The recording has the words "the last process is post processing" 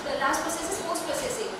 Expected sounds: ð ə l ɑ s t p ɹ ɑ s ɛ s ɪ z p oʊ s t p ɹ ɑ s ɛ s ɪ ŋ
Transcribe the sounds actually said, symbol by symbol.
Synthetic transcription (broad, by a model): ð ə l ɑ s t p ɛ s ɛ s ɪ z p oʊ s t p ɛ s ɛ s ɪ